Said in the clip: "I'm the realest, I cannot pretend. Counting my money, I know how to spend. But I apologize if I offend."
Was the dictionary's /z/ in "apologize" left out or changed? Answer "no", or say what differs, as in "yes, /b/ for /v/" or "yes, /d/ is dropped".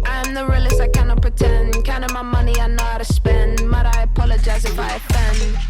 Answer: no